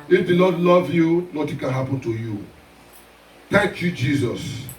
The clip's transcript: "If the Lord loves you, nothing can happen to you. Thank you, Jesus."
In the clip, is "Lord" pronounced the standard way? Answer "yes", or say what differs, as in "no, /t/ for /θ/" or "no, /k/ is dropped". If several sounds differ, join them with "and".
no, /n/ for /l/